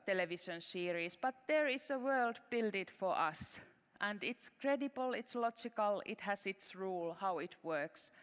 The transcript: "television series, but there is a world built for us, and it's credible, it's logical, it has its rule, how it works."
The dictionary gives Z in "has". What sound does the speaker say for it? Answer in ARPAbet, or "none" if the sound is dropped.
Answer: S